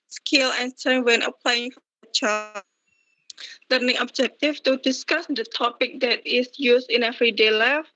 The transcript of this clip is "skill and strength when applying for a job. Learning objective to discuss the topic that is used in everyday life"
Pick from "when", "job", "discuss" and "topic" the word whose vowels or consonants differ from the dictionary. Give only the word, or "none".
job